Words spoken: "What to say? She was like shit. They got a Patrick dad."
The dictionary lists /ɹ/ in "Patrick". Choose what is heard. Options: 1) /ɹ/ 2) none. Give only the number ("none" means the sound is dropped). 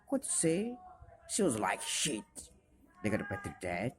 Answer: 2